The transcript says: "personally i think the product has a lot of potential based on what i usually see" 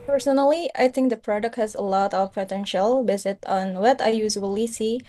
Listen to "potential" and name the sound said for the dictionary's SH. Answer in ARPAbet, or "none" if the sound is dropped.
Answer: SH